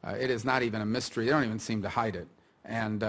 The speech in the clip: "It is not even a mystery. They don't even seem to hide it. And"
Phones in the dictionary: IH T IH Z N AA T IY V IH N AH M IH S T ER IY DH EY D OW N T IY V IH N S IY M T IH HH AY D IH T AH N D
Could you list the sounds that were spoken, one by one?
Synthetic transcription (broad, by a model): IH T IH Z N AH T IY V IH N AH M IH S T ER IY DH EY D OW N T IY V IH N S IY M T IH HH AY D IH T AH N